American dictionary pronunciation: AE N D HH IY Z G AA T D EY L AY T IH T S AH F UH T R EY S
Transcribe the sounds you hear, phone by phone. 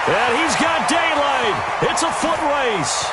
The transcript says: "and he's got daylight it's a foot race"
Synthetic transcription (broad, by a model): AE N HH IY Z G AA T D EY L AY T IH T S AH F UH T R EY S